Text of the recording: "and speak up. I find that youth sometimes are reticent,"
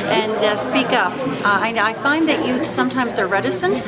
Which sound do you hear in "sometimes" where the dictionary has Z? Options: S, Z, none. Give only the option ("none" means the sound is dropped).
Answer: Z